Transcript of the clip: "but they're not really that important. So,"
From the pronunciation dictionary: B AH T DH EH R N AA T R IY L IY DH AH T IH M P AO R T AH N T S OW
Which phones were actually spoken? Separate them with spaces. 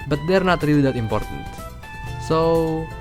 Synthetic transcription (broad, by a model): B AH T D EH R N AA T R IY IY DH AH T IH M P AO R T AH N T S OW